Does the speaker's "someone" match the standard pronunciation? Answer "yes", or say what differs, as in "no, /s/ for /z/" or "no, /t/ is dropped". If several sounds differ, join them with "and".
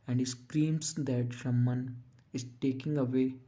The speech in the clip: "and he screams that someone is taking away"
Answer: no, /ʃ/ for /s/